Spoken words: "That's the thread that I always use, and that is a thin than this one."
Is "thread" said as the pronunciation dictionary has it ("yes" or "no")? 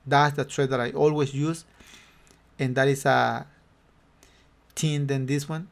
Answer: no